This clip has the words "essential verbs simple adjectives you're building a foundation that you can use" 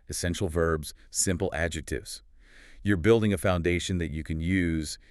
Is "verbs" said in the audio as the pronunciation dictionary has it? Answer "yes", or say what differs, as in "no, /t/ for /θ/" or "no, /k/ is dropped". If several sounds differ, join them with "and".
yes